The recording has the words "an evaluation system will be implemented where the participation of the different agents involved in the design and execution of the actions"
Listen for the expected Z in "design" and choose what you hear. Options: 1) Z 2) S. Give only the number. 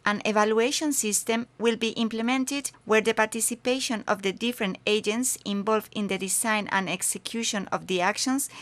2